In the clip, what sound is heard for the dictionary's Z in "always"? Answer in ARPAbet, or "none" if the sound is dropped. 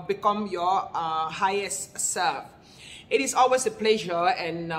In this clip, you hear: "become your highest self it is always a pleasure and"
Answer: S